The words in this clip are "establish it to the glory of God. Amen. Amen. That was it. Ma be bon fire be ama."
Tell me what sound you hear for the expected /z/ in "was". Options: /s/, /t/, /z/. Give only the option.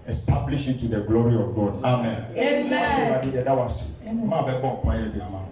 /s/